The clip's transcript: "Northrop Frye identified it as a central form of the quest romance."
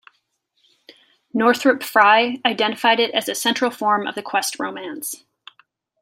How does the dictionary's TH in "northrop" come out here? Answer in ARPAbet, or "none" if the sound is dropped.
TH